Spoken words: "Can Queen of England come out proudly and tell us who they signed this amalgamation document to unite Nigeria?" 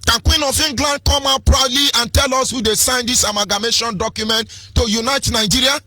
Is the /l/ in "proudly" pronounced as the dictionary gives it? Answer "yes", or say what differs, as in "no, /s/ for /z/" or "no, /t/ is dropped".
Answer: yes